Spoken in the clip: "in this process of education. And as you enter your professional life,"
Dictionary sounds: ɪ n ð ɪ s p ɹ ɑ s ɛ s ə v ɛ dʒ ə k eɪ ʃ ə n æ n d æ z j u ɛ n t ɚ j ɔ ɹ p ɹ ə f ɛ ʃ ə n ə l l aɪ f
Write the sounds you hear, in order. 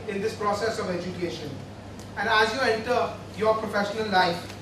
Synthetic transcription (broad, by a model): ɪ n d ɪ s p ɹ ɑ s ɛ s ə v ɛ dʒ ə k eɪ ʃ ə n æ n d æ z j u ɛ n t ɚ j ɔ ɹ p ɹ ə f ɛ ʃ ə n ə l l aɪ f